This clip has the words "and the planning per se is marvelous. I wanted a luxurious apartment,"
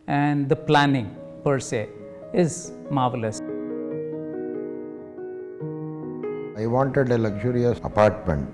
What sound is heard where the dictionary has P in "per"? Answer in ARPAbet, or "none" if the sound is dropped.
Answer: P